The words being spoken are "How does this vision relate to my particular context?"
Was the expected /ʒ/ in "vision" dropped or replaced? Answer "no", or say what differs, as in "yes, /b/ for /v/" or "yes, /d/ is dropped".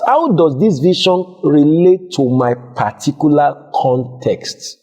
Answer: yes, /ʃ/ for /ʒ/